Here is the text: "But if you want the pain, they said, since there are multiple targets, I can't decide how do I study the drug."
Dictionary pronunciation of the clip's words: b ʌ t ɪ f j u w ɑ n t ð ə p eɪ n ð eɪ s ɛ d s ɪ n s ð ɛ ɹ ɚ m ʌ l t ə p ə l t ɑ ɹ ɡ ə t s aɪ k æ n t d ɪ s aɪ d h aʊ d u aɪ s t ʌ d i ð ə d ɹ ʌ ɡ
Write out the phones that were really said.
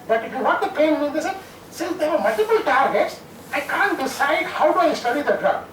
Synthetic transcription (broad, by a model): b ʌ t ɪ f j u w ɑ t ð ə p eɪ n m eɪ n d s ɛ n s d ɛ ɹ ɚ m ʌ l t ə p ə l t ɑ ɹ ɡ ə t s aɪ k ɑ n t d ɪ s aɪ d h aʊ d u aɪ s t ʌ d i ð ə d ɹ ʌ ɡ